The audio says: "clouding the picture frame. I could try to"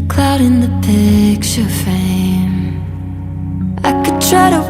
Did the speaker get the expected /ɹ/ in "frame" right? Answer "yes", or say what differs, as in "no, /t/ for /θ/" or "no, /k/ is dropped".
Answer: no, /ɹ/ is dropped